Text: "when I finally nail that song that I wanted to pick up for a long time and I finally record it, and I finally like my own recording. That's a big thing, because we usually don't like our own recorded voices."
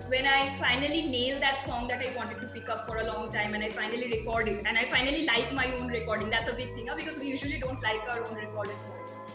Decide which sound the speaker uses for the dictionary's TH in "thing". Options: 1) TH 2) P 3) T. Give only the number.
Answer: 3